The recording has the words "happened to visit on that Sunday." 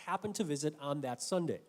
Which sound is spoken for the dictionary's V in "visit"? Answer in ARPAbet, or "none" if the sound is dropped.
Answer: V